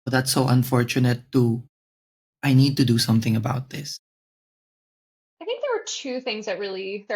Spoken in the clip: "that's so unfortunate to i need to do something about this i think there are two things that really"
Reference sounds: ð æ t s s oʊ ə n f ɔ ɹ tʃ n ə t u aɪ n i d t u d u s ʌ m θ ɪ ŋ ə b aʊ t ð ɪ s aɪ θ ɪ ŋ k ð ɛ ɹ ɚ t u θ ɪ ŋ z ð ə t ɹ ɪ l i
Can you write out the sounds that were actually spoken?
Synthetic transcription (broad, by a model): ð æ t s s oʊ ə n f ɔ ɹ tʃ n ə t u aɪ n i d t u d u s ʌ m θ ɪ ŋ ə b aʊ t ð ɪ s aɪ θ ɪ ŋ k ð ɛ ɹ ɚ t u θ ɪ ŋ z ð ə t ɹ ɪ l i